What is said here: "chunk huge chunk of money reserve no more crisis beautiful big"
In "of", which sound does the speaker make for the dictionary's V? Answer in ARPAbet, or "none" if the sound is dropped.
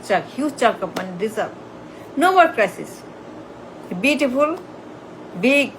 P